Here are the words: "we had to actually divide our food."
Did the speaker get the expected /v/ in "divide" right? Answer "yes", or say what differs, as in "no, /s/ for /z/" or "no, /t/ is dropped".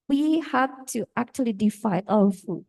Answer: no, /f/ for /v/